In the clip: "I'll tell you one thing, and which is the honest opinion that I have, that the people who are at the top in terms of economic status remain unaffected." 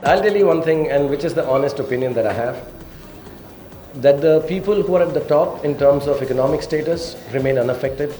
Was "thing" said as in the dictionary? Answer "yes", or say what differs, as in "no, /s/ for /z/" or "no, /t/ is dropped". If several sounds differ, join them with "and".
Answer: no, /t/ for /θ/